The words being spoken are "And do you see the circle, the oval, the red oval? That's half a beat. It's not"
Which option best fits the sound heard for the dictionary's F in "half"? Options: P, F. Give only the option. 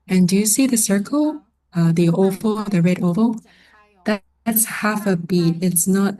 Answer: F